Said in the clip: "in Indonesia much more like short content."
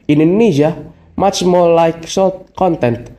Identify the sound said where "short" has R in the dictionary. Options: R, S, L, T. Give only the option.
L